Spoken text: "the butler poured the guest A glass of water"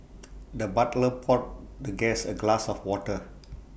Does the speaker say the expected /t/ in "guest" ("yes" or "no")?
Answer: no